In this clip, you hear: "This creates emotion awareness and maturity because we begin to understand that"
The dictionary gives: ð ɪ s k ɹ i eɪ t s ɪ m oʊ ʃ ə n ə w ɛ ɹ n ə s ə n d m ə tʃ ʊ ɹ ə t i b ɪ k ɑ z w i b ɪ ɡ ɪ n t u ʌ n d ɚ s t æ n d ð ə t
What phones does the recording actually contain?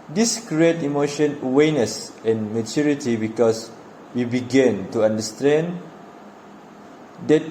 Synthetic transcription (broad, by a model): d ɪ s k ɹ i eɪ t ɪ m oʊ ʃ ə n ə w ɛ n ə s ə n m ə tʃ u ɹ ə t i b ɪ k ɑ s w i b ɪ ɡ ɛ n t u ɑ n d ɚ s t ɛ n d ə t